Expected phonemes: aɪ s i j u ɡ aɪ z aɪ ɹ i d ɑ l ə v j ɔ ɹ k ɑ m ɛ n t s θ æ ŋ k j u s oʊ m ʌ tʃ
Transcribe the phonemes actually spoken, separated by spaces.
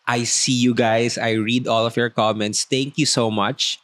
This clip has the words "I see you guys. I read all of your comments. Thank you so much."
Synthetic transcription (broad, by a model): aɪ s i j u ɡ aɪ s aɪ ɹ i d ɑ l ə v j ɔ ɹ k ɑ m ɛ n t s t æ ŋ k j u s oʊ m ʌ tʃ